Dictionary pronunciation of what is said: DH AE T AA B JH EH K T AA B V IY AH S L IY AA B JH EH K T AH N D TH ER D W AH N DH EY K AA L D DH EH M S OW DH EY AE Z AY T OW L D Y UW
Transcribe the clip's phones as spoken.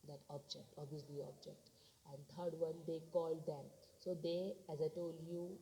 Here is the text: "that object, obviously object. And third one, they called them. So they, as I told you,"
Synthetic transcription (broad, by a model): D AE T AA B JH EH K T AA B IY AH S L IY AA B JH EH K T AH N D T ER D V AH N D EY K AA L D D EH M S OW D EY AE Z AY T OW L D Y UW